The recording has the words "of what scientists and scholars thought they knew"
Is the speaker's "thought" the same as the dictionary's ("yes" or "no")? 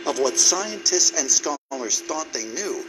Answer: yes